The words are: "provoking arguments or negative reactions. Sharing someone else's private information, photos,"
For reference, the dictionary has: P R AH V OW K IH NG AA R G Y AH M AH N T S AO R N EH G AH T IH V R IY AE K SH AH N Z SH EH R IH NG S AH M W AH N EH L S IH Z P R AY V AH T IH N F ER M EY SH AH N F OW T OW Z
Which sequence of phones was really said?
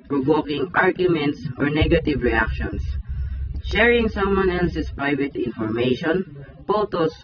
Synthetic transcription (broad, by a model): P R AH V OW K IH NG AA R G Y AH M AH N T S AO R N EH G AH T IH V R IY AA K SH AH N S SH EH R IH NG S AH M W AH N EH L S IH S P R AY V AH T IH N F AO M EY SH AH N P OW T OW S